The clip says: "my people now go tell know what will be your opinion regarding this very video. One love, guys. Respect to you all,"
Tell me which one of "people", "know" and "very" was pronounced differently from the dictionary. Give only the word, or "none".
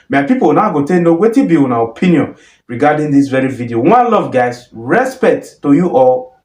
people